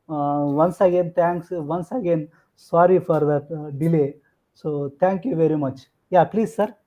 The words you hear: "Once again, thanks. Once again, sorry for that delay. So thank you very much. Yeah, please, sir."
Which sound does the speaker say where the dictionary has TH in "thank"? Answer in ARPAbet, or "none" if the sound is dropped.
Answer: T